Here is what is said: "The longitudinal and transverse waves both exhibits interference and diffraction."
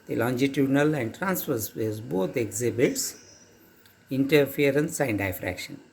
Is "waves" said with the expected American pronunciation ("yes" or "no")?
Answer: no